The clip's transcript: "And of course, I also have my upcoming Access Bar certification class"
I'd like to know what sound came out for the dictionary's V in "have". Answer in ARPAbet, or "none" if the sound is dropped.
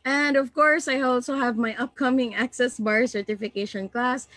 V